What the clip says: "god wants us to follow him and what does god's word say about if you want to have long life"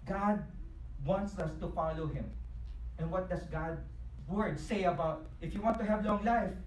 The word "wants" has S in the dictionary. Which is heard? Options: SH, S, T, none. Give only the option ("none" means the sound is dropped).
S